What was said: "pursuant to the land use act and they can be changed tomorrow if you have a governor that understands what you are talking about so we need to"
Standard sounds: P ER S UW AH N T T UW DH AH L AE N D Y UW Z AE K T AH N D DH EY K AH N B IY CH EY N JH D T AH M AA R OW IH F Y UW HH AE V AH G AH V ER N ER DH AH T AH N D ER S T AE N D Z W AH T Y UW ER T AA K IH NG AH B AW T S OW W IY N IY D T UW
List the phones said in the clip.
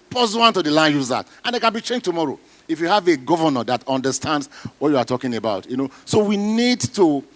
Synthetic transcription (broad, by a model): P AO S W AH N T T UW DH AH L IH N Y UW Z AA T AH N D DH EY K AH N B IY CH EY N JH T AH M AA R OW IH F Y UW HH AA V AH G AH V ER N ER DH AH T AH N D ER S T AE N D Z W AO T Y UW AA T AA K IH NG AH B AW T S OW W IY N IY D T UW